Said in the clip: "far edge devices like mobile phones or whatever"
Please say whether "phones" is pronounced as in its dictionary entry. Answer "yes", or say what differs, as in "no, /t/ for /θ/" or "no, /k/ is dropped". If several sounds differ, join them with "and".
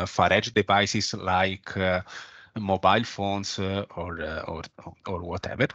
no, /s/ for /z/